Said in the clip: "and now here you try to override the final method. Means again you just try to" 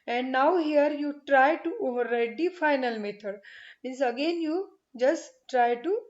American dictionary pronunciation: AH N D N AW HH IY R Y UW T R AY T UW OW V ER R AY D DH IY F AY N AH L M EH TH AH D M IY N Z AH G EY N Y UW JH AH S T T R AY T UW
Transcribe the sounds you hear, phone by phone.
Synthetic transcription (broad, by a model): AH N D N AW HH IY R Y UW T R AY T UW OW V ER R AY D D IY F AY N AH L M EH T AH D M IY N S AH G EY N Y UW JH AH S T T R AY T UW